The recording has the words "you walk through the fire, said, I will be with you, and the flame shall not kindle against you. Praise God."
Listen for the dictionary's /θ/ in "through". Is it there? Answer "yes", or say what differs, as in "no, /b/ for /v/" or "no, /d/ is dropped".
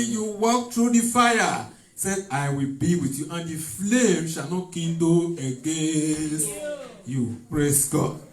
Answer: no, /t/ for /θ/